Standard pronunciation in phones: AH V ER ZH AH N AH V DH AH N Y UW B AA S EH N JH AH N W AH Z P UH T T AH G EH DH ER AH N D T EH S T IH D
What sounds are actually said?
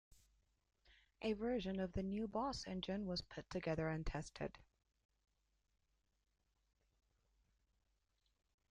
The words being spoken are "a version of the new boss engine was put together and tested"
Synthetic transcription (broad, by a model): AH V ER ZH AH N AH V DH AH N Y UW B AA S EH N JH AH N W AH Z P UH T T AH G EH DH ER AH N T EH S T IH D